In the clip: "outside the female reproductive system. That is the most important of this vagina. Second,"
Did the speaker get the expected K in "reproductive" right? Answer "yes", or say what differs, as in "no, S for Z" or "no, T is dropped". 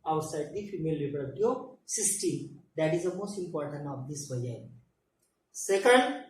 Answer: no, K is dropped